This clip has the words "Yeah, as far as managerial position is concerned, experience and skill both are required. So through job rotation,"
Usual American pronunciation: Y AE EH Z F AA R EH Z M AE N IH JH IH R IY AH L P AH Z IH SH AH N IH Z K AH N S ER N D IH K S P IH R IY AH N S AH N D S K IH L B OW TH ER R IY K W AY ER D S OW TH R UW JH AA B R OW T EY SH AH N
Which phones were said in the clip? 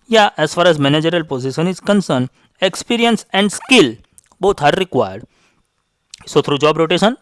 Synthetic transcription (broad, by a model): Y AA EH S F AA R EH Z M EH N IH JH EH R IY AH L P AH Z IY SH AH N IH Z K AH N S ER N IH K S P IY R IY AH N S AH N D S K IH L B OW T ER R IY K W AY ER D S OW T R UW JH AA B R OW T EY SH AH N